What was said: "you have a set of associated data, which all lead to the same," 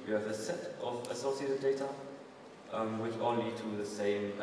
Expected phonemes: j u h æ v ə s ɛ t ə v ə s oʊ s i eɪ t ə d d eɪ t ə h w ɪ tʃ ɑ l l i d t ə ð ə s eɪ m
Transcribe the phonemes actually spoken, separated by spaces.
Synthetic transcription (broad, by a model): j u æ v ə s ɛ t ə v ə s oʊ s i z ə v d eɪ t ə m w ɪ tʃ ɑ n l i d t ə ð ə s eɪ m